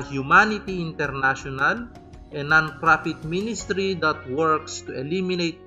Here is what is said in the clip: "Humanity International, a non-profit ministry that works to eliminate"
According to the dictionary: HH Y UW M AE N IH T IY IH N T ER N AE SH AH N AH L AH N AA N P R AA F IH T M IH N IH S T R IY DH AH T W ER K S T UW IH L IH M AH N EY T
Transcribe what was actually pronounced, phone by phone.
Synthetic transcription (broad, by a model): HH Y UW M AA N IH T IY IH N T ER N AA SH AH N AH L AH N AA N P R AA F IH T M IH N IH S T R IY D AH T W ER K S T UW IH L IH M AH N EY T